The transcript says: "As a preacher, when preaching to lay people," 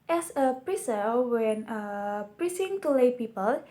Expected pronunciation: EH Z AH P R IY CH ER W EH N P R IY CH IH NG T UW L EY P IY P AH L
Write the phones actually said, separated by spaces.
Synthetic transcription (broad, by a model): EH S AH P R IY S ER W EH N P R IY S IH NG T UW L EY P IY P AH L